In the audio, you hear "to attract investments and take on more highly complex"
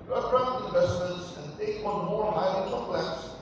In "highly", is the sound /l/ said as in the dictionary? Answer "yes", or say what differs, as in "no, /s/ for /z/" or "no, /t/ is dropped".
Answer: no, /l/ is dropped